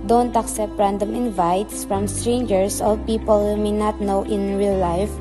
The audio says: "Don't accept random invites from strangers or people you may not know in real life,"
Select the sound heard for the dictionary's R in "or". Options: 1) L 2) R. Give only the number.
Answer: 1